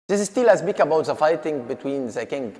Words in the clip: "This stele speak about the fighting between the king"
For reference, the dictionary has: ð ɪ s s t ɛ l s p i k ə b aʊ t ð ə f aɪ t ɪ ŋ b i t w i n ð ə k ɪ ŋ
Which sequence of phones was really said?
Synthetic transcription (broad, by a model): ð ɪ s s t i l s b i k ə b aʊ t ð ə f aɪ t ɪ ŋ b i t w i n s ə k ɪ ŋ